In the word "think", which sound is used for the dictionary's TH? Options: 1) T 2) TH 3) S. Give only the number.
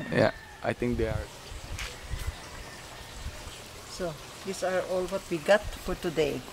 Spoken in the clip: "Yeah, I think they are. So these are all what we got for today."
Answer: 1